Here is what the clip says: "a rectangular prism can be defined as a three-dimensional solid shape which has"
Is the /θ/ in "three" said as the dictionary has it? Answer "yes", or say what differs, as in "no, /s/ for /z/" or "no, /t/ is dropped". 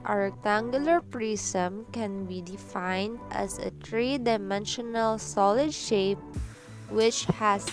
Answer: no, /t/ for /θ/